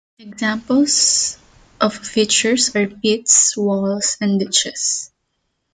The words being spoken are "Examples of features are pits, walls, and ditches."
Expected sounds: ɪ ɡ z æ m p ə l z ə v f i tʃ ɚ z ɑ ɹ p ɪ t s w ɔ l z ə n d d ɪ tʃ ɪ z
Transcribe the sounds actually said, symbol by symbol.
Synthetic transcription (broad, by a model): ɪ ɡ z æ m p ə l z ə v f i tʃ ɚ s ɑ ɹ p ɪ t s w ɔ l s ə n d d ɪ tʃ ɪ s